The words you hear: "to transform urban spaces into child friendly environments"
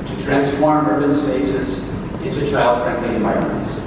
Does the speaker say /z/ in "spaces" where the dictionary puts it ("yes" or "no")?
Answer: yes